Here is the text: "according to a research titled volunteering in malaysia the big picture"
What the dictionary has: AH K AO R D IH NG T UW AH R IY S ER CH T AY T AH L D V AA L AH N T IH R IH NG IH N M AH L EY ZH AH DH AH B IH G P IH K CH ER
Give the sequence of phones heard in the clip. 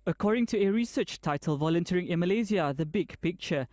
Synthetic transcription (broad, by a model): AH K AO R D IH NG T UW AH R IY S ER CH T AY T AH L V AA L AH N T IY R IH NG IH N M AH L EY Z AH DH AH B IH G P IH K CH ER